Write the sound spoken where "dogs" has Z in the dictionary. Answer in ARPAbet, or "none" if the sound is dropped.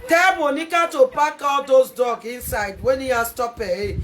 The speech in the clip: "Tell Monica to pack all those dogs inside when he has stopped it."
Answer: none